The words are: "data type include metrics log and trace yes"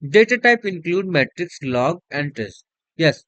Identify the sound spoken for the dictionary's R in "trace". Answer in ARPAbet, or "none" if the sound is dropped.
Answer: none